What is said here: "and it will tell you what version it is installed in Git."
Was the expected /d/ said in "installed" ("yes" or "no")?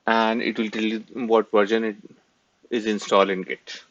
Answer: no